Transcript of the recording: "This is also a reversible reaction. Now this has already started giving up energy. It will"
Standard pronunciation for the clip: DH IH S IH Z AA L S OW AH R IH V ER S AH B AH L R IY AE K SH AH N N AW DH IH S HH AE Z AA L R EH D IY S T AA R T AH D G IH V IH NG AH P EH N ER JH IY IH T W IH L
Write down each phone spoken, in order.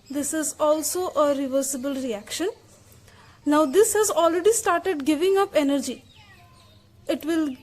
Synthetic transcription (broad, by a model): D IH S IH Z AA L S OW AH R IH V ER S AH B AH L R IY AE K SH AH N N AW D IH S HH AE Z AA L R EH D IY S T AA R T AH D G IH V IH NG AH P EH N ER JH IY IH T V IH L